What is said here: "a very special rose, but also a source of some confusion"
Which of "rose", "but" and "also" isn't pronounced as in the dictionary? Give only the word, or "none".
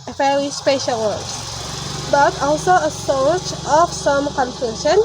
rose